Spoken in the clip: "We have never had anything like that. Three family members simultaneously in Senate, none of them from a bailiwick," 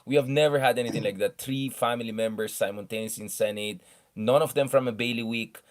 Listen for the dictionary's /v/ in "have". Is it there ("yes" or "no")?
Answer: yes